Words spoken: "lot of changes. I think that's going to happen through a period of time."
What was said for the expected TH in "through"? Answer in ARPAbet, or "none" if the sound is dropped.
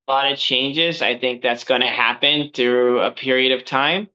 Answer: TH